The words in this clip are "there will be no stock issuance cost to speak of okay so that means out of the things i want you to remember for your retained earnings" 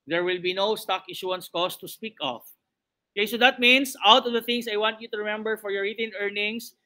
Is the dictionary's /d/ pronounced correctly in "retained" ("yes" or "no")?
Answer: no